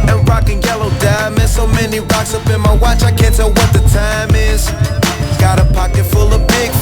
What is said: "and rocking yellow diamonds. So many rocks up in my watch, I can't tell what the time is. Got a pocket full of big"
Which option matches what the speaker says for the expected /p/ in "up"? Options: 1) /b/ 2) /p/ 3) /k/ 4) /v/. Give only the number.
1